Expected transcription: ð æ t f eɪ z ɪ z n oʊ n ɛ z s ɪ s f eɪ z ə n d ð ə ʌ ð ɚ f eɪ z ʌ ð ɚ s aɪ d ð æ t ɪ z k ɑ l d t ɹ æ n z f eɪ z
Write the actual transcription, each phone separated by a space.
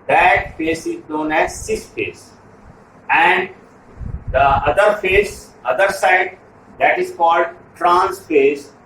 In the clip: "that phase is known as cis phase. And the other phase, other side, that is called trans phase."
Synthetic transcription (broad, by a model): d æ t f eɪ s ɪ z n oʊ n ɛ z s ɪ s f eɪ s ə n d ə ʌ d ɚ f eɪ s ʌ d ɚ s aɪ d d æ t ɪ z k ɑ l d t ɹ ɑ n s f eɪ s